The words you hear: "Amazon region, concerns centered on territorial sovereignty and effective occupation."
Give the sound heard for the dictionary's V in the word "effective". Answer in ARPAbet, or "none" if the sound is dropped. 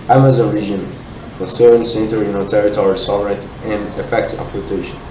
P